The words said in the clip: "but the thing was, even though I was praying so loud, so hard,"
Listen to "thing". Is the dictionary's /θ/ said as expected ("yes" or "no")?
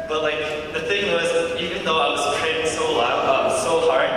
yes